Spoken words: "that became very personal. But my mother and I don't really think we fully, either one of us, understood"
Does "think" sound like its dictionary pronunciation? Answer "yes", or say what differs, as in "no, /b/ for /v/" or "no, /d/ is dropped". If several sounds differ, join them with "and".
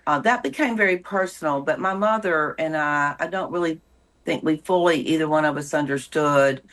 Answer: yes